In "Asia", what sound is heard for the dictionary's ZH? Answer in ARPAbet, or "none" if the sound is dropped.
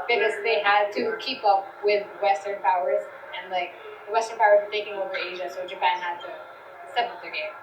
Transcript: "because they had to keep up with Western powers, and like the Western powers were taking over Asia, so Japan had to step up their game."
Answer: ZH